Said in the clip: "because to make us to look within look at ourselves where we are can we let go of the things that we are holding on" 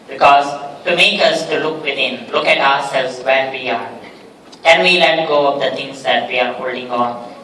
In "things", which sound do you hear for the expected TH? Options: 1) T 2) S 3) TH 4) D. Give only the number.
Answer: 1